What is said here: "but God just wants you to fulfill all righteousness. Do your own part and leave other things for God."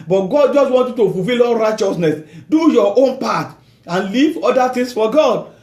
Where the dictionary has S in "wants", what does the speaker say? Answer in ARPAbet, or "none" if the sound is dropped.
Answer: none